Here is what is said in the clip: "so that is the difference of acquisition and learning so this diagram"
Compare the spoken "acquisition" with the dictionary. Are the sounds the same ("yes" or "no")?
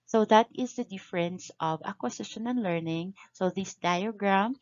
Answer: no